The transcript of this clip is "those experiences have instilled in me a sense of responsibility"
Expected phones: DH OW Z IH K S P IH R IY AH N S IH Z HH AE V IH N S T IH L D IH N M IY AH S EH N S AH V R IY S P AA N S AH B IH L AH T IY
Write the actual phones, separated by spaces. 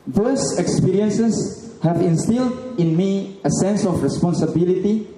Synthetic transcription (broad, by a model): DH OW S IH K S P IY R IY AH N S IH S HH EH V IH N S T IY L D IH N M IY AH S EH N S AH F R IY S P AA N S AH B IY L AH T IY